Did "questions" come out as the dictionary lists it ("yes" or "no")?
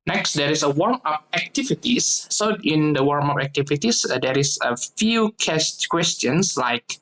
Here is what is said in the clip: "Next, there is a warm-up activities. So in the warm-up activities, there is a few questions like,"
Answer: no